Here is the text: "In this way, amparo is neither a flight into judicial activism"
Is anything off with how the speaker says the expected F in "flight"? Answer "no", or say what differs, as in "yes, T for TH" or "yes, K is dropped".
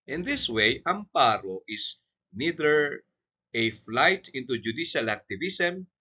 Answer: no